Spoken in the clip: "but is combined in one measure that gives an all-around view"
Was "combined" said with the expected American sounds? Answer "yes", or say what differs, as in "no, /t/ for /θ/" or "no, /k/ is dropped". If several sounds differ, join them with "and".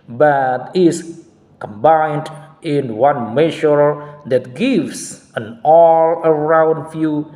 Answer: yes